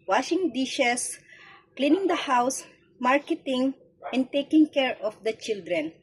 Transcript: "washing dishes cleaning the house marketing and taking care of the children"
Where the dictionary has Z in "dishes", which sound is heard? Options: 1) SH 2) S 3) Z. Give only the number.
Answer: 2